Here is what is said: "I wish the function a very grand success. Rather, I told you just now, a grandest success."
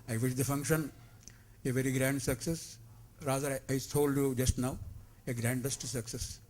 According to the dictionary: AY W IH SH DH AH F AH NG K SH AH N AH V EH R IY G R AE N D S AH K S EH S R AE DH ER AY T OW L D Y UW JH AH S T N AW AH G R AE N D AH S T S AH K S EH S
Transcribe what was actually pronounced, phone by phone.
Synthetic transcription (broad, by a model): AY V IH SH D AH F AH NG K SH AH N AH V EH R IY G R AE N D S AH K S EH S R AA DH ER AY S OW L D Y UW JH AH S T N AW AH G R AE N D AH S T S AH K S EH S